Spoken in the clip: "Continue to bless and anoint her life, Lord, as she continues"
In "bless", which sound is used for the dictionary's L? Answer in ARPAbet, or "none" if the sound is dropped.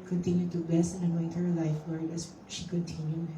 none